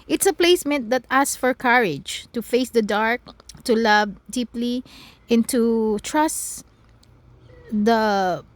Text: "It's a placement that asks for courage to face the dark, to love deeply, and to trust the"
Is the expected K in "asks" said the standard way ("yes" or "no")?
no